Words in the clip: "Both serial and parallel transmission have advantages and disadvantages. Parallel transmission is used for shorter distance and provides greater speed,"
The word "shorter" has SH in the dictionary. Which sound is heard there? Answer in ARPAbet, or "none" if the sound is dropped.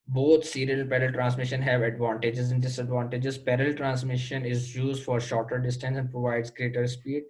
SH